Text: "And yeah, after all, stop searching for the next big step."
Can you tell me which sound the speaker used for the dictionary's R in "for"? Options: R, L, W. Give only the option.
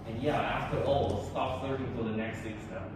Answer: L